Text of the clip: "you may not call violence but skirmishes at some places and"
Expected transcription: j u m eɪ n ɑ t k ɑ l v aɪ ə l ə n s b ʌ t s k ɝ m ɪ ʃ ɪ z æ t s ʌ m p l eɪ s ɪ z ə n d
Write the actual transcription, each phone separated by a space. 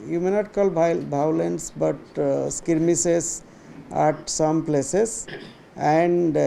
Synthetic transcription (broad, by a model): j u m eɪ n ɑ t k ɑ l b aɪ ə l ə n s b ʌ t s k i m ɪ s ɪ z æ t s ʌ m p l eɪ s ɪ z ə n d